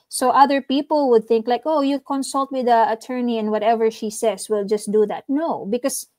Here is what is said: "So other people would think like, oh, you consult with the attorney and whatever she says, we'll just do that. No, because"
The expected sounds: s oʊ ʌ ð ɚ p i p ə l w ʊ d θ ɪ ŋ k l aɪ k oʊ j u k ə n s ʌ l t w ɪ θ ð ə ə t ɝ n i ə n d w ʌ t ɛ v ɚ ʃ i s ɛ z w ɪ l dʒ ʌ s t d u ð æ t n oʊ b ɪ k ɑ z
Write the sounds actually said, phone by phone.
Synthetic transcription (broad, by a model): s oʊ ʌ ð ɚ p i p ə l w ʊ d θ ɪ ŋ k l aɪ k oʊ j u k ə n s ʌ l t w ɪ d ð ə ə t ɝ n i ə n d w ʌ t ɛ v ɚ ʃ i s ɛ s w ɪ l dʒ ʌ s t d u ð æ t n oʊ b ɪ k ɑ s